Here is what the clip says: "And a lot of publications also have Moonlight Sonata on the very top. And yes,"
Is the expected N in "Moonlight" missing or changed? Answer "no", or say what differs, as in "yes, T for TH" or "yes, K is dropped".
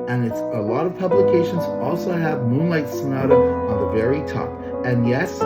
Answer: no